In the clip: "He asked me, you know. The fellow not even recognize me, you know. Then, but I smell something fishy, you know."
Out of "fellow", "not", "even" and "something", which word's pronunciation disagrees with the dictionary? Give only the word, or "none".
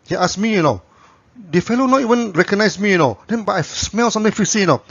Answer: something